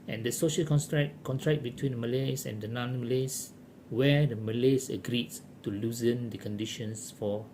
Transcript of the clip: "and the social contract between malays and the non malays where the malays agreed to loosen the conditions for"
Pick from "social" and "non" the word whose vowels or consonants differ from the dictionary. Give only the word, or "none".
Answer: none